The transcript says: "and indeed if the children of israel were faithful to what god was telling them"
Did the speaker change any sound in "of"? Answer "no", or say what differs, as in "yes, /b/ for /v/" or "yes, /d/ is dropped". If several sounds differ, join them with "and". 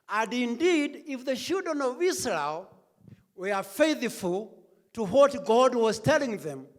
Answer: no